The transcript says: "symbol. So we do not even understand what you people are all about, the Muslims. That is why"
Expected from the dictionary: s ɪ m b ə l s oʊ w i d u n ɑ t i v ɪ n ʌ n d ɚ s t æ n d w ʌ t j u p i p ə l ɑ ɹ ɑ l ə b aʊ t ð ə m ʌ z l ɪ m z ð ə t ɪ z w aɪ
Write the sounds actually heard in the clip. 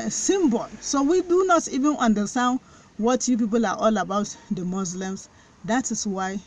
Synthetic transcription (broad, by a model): s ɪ m b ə l s oʊ w i d u n ɑ t i v ɪ n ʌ n d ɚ s t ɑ n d w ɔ t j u p i p ə l ɑ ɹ ɑ l ə b aʊ t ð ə m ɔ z l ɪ m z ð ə t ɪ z w aɪ